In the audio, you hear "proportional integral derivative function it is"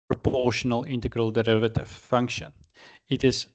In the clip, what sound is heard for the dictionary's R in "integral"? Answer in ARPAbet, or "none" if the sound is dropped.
R